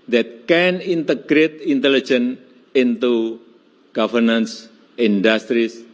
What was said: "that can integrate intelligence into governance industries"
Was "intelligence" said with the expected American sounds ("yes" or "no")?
no